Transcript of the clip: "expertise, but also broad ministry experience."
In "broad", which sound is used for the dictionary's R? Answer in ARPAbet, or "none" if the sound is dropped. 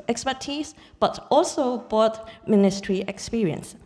none